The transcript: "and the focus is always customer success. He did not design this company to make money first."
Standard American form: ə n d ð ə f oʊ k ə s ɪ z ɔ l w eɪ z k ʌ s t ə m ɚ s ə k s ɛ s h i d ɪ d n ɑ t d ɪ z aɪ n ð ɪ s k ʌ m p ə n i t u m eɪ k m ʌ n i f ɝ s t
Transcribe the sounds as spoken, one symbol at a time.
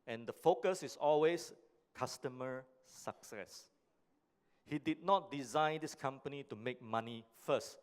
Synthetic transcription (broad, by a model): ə n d ə f oʊ k ə s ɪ s ɔ l w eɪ s k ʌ s t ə m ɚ s ə k s ɛ s h i d ɪ d n ɑ t d ɪ z aɪ n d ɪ s k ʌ m p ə n i t u m eɪ k m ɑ n i f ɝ s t